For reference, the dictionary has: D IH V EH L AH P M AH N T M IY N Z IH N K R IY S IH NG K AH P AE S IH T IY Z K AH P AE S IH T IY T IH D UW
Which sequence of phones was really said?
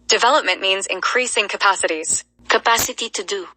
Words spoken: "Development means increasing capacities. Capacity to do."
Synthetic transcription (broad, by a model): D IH V EH L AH P M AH N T M IY N Z IH N K R IY S IH NG K AH P AE S IH T IY Z K AH P AE S IH T IY T IH D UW